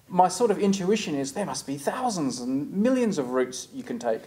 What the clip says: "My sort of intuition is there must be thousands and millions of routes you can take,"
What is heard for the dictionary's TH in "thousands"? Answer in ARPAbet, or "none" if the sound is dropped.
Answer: TH